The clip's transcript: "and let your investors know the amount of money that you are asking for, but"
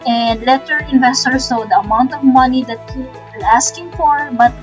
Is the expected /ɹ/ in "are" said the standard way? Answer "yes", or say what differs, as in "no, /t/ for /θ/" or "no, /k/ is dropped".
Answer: no, /l/ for /ɹ/